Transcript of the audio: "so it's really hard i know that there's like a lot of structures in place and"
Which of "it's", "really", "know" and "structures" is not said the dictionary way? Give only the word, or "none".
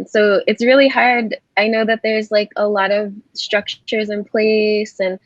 none